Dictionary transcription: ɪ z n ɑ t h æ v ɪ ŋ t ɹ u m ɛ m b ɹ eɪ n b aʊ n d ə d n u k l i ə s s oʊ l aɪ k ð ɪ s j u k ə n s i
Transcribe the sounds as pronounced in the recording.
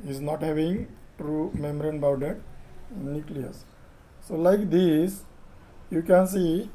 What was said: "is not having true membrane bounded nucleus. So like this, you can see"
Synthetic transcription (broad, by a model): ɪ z n ɑ t h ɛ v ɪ ŋ t ɹ u m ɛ m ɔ ɹ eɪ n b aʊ d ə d n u k l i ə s s oʊ l aɪ k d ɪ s j u k ə n s i